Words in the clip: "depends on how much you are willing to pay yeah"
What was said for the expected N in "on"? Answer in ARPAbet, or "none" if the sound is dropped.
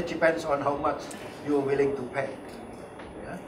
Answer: N